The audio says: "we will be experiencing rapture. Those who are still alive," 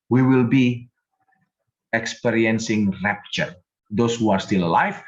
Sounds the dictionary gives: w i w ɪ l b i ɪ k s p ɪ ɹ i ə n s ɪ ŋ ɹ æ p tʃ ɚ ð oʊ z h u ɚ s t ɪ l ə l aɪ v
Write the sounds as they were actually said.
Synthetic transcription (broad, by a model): w i w ɪ l b i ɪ k s p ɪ ɹ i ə n s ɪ ŋ ɹ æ p tʃ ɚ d oʊ s h u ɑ s t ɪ l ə l aɪ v